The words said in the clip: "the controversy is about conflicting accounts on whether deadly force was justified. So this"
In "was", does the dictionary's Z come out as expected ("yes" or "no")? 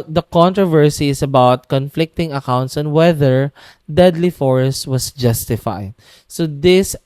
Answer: no